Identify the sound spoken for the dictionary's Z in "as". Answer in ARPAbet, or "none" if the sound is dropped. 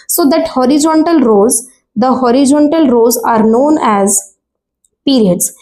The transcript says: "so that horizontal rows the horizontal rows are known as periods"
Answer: Z